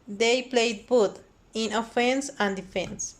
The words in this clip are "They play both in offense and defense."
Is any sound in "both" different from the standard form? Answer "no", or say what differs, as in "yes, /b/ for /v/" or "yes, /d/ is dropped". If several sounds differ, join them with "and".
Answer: yes, /t/ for /θ/